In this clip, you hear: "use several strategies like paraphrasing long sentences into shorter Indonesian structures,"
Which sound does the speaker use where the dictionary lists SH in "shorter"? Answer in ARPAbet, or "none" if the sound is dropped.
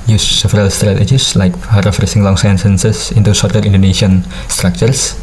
S